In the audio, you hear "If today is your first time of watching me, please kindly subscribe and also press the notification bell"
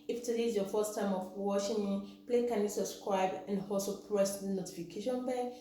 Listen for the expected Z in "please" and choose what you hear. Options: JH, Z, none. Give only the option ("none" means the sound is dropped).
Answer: none